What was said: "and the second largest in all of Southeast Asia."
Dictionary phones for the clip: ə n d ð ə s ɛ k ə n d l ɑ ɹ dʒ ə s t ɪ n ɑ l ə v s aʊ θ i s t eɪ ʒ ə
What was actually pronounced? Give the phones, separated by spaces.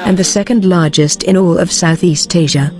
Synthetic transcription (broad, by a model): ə n ð ə s ɛ k ə n d l ɑ ɹ dʒ ə s t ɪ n ɑ l ə v s aʊ θ i s t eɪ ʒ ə